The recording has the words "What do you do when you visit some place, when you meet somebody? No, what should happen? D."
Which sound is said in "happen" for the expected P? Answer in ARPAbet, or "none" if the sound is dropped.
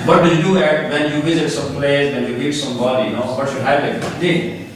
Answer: none